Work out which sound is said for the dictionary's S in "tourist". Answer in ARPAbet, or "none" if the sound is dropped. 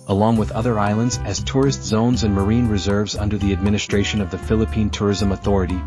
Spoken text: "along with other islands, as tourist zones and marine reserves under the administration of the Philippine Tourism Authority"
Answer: S